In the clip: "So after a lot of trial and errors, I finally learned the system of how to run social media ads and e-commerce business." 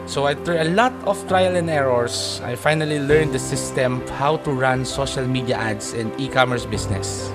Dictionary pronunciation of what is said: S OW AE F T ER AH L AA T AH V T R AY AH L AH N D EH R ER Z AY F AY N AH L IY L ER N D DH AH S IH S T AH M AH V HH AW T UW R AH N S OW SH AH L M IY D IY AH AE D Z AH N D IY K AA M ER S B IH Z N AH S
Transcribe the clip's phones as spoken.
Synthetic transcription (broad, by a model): S OW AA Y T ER AH L AA T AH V T R AY AH L AH N D EH R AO S AY F AY N AH L IY L ER N D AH S IH S T AH M HH AW T UW R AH N S OW SH AH L M IY D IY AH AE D S AH N D IY K AA M ER S B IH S N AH S